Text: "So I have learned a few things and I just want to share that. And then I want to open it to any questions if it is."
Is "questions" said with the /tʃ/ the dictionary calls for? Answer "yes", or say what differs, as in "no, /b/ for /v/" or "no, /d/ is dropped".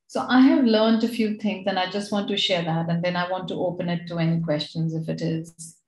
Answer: yes